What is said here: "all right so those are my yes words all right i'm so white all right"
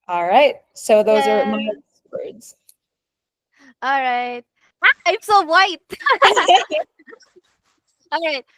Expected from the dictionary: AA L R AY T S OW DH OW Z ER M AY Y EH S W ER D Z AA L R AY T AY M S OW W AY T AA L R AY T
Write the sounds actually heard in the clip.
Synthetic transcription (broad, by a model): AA L R AY T S OW DH OW Z ER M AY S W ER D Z AA L R AY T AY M S OW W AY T AA L R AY T